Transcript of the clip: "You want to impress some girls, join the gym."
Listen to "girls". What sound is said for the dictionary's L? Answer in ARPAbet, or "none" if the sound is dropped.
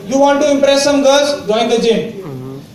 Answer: none